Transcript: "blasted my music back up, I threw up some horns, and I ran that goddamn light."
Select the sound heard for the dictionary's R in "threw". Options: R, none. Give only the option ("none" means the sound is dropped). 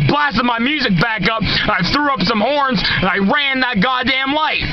R